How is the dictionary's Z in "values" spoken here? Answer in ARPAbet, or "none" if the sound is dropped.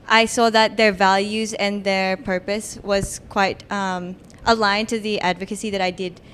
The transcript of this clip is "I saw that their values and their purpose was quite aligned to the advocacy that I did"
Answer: Z